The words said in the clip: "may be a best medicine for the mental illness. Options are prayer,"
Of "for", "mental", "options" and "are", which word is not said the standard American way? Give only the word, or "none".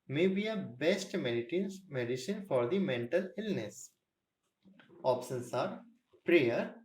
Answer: options